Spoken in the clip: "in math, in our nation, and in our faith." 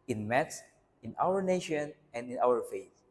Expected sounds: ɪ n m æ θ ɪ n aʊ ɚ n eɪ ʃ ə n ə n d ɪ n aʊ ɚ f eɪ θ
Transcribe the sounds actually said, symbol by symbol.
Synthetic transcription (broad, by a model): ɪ n m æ s ɪ n aʊ ɚ n eɪ ʃ ə n ə n d ɪ n aʊ ɚ f eɪ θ